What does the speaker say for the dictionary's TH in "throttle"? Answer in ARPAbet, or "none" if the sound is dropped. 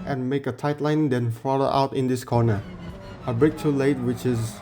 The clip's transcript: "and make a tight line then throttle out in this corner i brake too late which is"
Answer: F